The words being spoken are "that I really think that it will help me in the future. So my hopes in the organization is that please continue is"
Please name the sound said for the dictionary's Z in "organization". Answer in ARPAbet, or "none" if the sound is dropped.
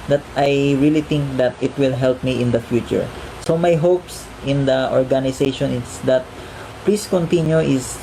S